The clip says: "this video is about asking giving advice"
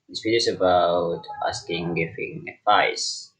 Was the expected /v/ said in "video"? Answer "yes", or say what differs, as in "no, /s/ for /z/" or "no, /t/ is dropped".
no, /p/ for /v/